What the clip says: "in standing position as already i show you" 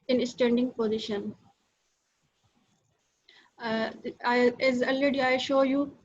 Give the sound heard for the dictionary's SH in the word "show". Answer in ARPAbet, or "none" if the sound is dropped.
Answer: SH